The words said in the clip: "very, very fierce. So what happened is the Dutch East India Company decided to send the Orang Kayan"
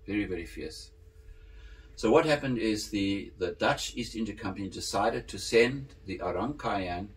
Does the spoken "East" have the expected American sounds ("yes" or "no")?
yes